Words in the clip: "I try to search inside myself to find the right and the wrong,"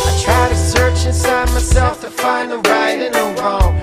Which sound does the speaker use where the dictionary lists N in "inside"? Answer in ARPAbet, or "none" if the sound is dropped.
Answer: N